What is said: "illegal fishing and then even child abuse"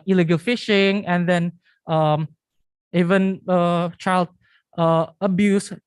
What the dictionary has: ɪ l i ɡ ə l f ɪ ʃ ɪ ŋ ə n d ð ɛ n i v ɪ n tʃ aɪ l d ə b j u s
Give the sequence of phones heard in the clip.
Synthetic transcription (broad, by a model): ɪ l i ɡ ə l f ɪ ʃ ɪ ŋ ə n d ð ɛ n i v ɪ n tʃ aɪ l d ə b j u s